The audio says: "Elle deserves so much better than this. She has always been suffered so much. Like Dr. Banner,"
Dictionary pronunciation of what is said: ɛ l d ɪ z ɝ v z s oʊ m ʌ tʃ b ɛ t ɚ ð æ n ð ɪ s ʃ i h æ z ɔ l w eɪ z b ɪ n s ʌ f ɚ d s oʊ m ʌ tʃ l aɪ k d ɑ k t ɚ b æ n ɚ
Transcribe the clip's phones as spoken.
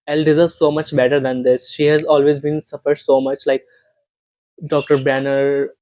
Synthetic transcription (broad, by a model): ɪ l d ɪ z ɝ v s oʊ m ʌ tʃ b ɛ t ɚ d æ n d ɪ s ʃ i h æ z ɔ l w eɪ z b ɪ n s ʌ f ɚ d s oʊ m ʌ tʃ l aɪ k d ɑ k t ɚ b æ n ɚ